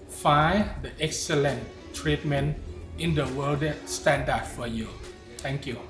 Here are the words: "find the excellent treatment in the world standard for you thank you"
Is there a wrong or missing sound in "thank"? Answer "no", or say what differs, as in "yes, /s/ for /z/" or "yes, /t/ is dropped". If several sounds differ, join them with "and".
yes, /t/ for /θ/